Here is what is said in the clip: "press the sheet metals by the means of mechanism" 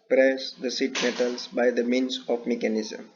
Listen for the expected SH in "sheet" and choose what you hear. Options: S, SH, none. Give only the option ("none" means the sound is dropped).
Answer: S